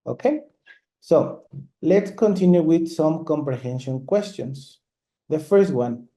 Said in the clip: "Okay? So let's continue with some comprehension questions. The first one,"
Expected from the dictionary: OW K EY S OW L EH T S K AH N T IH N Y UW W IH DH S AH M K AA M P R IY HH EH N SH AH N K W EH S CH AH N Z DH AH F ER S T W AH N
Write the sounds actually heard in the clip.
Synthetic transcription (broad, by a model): OW K EY S OW L EH T S K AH N T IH N Y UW W IH DH S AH M K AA M P R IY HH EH N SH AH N K W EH S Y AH N S DH AH F ER S T W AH N